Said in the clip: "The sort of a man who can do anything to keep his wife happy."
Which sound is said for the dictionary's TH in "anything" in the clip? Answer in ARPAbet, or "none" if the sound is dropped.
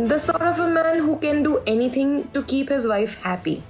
T